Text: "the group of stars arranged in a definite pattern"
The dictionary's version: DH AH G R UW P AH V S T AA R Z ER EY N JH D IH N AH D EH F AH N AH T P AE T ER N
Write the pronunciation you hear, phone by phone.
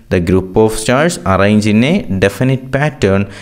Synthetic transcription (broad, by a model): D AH G R UW P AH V S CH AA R S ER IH N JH IH N AH D EH F AH N AH T P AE T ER N